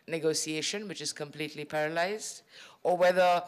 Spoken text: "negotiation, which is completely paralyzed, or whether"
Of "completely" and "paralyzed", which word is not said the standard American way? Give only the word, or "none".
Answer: none